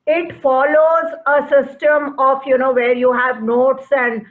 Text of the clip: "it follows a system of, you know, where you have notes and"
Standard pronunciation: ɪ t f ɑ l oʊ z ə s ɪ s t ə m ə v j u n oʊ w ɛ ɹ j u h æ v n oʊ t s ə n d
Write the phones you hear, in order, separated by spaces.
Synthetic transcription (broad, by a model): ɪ t f ɑ l oʊ z ə s ɪ s t ə m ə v j u n oʊ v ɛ ɹ j u h æ v n oʊ t s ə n d